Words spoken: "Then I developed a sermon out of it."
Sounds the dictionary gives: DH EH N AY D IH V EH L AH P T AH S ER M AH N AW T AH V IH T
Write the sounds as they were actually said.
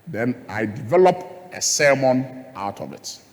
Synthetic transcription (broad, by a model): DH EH N AY D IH V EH L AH P AH S ER M AH N AW T AH V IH T